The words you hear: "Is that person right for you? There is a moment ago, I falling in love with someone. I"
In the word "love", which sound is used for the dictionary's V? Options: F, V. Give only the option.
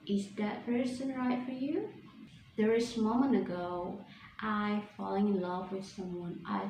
V